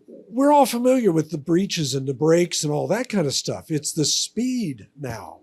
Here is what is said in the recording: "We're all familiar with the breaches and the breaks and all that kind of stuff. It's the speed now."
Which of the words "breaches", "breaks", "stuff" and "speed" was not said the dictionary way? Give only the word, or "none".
none